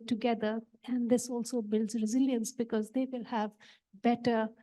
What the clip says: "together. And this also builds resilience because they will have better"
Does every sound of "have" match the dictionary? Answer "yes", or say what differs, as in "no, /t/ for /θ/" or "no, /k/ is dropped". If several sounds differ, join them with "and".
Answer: yes